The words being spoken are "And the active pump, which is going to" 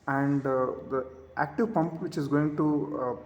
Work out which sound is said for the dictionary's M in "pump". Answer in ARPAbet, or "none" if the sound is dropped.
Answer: M